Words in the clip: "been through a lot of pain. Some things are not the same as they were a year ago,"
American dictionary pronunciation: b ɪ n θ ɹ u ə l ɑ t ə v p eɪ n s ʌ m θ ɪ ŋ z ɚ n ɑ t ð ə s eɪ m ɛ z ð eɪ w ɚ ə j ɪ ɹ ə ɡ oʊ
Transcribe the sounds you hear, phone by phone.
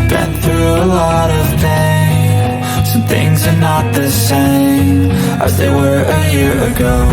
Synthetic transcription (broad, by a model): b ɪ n θ ɹ u ə l ɑ t ə v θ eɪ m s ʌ θ ɪ ŋ z ɚ n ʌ t ð ə s eɪ m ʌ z ð eɪ w ɚ ə j ɪ ɹ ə ɡ oʊ